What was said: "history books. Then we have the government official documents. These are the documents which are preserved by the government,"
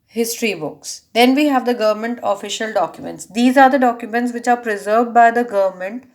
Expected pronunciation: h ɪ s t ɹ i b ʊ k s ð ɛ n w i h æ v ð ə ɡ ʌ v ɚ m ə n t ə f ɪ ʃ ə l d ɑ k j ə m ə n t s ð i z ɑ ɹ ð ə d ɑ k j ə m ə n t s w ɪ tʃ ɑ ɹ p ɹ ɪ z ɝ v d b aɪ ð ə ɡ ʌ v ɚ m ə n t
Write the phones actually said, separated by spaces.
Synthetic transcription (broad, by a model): h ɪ s t ɹ i b ʊ k s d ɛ n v i h æ v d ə ɡ ʌ v ɚ m ə n t ə f ɪ ʃ ə l d ɑ k j ə m ə n t s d i z ɑ ɹ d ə d ɑ k j ə m ə n t s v ɪ tʃ ɑ ɹ p ɹ ɪ z ɝ v d b aɪ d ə ɡ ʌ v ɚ m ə n t